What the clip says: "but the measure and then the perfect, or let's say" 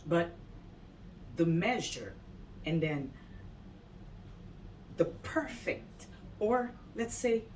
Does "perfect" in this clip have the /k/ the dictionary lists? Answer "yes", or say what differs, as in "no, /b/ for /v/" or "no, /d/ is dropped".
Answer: yes